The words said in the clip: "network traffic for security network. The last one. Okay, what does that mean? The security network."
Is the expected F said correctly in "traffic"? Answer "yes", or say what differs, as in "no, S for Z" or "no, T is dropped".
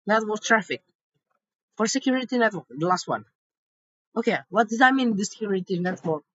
yes